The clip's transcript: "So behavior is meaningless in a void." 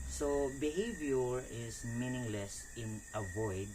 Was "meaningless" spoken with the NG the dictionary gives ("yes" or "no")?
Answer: yes